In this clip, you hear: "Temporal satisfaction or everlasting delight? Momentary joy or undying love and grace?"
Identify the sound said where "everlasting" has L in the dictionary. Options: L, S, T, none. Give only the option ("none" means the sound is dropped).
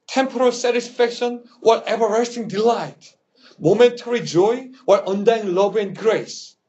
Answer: none